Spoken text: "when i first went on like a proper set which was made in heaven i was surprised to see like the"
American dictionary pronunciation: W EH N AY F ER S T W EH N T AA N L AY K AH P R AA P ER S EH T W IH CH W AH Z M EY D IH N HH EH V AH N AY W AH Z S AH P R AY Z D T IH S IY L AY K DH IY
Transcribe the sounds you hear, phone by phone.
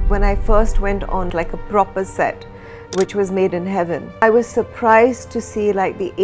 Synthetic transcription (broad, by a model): W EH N AY F ER S T W EH N T N L AY K AH P R AA P ER S EH T W IH CH W AH Z M EY D IH N HH EH V AH N AY W AH Z S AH P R AY Z T IH S IY L AY K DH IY